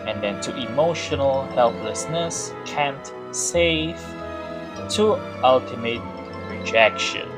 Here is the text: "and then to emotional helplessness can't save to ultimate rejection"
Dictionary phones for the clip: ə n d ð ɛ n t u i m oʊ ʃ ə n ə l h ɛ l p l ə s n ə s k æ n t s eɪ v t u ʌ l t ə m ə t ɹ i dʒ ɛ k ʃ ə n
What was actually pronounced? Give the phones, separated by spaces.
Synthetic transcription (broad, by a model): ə n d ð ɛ n t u i m oʊ ʃ ə n ə l h ɛ l p l ə s n ə s k æ n t s eɪ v t u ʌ l t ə m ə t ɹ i dʒ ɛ k ʃ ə n